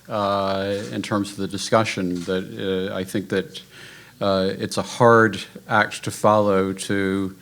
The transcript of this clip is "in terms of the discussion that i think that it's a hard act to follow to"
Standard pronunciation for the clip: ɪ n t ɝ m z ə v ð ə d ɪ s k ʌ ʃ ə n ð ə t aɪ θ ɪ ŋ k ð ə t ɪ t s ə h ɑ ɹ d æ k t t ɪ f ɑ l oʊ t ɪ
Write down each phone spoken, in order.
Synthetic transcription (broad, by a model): ɪ n t ɝ m z ə v ð ə d ɪ s k ʌ ʃ ə n ð ə t aɪ θ ɪ ŋ k ð ə t ɪ t s ə h ɑ ɹ d æ k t t ɪ f ɑ l oʊ t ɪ